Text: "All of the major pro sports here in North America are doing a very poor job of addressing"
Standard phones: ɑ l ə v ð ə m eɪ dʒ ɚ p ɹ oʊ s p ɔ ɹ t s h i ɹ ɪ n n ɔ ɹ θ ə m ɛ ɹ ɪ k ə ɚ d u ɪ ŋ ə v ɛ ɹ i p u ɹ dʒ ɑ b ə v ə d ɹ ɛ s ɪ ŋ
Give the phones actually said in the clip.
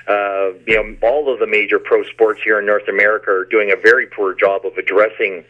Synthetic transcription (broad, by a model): ɑ l ə v ð ə m eɪ dʒ ɚ p ɹ oʊ s p ɔ ɹ t s h i ɹ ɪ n n ɔ ɹ θ ə m ɛ ɹ ɪ k ə ɚ d u ɪ ŋ ə v ɛ ɹ i p u ɹ dʒ ɑ b ə v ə d ɹ ɛ s ɪ ŋ